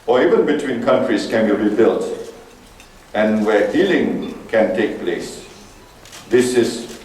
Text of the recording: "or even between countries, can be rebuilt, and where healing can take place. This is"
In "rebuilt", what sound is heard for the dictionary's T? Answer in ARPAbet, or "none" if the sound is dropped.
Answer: T